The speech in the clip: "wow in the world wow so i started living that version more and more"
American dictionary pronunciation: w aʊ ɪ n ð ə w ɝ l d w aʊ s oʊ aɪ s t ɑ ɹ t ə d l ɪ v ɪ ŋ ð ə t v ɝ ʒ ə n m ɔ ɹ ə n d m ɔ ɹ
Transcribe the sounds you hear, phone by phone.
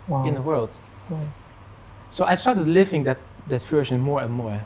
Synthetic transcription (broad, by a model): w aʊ ɪ n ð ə w ɝ l d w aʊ s oʊ aɪ s t ɑ ɹ t ə d l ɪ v ɪ ŋ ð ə t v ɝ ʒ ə n m ɔ ɹ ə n m ɔ ɹ